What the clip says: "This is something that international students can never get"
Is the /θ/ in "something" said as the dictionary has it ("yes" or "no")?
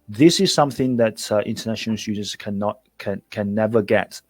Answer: yes